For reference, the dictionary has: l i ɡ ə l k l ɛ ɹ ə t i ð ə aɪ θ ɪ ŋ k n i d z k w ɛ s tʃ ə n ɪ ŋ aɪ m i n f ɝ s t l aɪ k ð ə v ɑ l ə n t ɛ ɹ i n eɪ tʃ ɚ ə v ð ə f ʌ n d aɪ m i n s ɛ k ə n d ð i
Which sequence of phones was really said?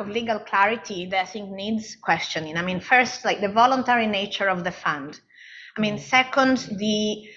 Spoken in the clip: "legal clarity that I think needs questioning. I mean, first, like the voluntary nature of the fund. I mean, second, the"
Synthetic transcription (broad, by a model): l i ɡ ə l k l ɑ ɹ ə t i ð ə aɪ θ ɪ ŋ k n i d z k w ɛ s tʃ ə n ɪ ŋ aɪ m i n f ɝ s t l aɪ k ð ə v ɑ l ə n t ɛ ɹ i n eɪ tʃ ɚ ə v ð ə f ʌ n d aɪ m i n s ɛ k ə n d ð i